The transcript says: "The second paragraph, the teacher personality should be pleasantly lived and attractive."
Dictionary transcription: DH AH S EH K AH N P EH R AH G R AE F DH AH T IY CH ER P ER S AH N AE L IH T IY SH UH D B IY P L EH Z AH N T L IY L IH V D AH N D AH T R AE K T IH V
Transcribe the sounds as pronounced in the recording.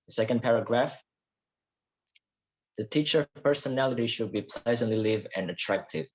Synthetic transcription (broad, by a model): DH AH S EH K AH N P EH R AH G R AE F DH AH T IY CH ER P ER S AH N AE L IH T IY SH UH D B IY P L EH Z AH N T L IY L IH V AH N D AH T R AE K T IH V